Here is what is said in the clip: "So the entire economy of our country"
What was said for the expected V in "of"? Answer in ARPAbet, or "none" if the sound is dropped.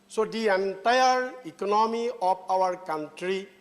P